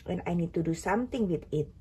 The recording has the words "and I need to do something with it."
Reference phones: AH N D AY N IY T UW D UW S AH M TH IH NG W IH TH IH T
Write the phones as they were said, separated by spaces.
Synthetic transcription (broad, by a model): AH N AY N IY T UW D UW S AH M T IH NG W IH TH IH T